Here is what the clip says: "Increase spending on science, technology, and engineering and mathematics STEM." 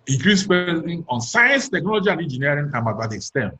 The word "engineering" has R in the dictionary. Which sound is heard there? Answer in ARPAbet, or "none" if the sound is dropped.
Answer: none